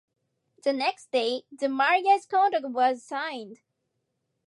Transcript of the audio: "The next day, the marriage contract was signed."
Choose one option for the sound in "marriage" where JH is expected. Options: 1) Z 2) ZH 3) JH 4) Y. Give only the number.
1